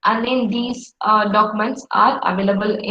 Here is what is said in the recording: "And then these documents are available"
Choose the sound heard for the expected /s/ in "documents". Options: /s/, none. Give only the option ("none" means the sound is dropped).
/s/